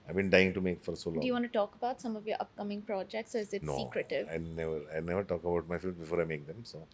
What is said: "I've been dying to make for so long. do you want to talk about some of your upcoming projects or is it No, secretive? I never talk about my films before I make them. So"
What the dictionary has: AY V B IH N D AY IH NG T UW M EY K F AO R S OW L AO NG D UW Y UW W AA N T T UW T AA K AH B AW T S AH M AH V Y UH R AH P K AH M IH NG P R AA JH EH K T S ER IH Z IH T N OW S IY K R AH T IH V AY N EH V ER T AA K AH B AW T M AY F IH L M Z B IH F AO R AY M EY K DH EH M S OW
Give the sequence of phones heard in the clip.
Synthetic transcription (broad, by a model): AY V B IH N D AY IH NG T UW M EY K F AO R S OW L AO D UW Y UW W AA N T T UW T AA K AH B AW T S AH M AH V Y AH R AH P K AH M IH NG P R AA JH EH K T S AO IH Z IH T N OW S IY K R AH T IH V AY N EH V ER T AA K AH B AW T M AY F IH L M B IH F AO R AY M EY K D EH M S OW